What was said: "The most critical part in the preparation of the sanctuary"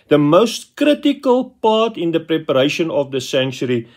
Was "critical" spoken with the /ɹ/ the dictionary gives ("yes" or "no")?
yes